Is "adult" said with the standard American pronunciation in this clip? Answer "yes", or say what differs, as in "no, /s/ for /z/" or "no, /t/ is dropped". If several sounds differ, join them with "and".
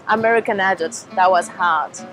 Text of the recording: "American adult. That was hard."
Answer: no, /l/ is dropped